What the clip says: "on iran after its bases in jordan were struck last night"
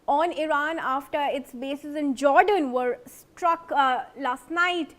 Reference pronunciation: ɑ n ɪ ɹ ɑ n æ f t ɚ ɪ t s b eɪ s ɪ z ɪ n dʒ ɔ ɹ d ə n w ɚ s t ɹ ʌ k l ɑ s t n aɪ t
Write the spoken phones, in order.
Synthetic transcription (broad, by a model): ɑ n ɪ ɹ ɑ n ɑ f t ɚ ɪ t s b eɪ s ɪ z ɪ n dʒ ɔ ɹ d ə n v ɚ s t ɹ ʌ k l ɑ s t n aɪ t